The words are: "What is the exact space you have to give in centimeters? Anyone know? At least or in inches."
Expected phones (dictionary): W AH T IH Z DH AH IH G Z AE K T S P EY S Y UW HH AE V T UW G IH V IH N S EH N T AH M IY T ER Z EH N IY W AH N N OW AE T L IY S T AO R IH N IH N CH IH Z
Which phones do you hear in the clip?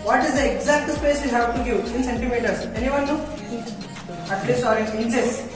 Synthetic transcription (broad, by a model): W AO T IH Z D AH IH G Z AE K T S P EY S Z HH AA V T UW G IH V IH N S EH N T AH M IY T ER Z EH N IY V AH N N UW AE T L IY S AO R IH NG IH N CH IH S